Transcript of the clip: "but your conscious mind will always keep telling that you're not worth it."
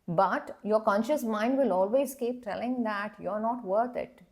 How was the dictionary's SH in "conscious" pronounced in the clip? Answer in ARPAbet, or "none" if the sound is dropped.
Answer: SH